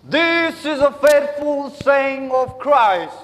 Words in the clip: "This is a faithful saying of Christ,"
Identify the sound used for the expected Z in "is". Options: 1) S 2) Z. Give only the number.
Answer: 2